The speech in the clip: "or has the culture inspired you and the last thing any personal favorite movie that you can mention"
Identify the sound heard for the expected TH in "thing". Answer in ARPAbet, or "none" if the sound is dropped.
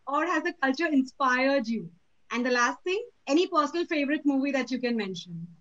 T